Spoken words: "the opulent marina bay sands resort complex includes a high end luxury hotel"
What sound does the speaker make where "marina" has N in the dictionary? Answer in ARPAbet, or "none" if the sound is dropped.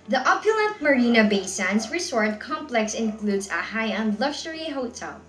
N